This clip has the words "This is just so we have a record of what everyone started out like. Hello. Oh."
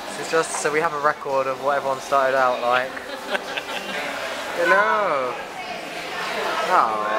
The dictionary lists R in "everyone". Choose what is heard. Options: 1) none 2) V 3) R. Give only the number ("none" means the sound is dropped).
1